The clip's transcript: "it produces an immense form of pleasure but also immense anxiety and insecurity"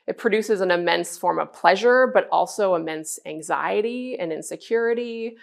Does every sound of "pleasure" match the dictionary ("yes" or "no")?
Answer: yes